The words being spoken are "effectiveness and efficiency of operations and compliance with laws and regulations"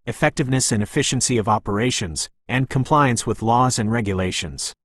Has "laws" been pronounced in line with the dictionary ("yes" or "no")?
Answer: yes